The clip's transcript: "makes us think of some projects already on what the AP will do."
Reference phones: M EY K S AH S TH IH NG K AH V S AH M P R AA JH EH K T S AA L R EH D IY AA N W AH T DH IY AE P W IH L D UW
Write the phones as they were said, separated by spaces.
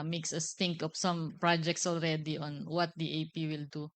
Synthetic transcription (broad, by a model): M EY K S AH S T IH NG K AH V S AH M P R AA JH EH K T S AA L R EH D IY AA N W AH T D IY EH P W IH L D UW